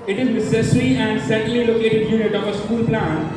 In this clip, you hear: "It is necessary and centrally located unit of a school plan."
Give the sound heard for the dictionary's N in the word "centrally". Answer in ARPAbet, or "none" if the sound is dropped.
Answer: none